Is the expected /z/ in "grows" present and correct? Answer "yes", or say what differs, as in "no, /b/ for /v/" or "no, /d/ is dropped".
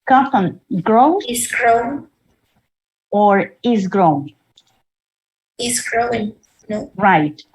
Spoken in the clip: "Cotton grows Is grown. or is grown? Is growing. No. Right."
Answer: no, /z/ is dropped